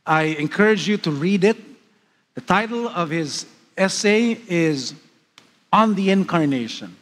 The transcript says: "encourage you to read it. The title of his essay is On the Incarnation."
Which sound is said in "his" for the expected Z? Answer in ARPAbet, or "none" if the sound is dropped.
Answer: Z